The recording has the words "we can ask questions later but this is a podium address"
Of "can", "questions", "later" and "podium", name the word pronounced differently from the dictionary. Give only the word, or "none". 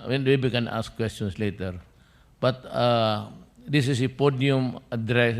questions